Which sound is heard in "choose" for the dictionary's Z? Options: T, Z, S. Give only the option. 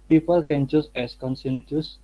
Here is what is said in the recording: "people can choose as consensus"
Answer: S